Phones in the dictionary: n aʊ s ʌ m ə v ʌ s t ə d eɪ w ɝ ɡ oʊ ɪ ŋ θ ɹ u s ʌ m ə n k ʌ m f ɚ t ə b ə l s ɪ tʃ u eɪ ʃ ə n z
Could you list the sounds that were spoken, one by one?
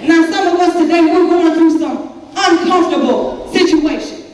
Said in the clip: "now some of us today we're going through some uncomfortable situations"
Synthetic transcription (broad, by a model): n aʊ s ʌ m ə w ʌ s t ə d eɪ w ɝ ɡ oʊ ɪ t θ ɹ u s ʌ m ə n k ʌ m f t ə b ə l s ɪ tʃ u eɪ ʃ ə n